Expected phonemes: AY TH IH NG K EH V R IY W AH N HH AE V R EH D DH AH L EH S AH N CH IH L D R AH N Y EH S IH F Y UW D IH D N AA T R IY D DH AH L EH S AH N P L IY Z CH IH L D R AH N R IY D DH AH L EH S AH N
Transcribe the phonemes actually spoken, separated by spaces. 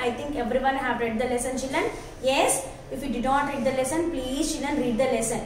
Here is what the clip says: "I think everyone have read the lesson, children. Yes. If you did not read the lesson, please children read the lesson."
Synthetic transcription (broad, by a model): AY T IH NG K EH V R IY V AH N HH AE V R EH D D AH L EH S AH N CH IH L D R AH N Y EH S IH F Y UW D IH D N AA T R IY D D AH L EH S AH N P L IY Z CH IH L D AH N R IY D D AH L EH S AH N